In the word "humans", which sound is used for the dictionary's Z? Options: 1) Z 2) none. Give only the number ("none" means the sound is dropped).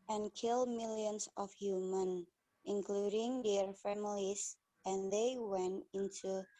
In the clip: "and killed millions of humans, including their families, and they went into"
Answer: 2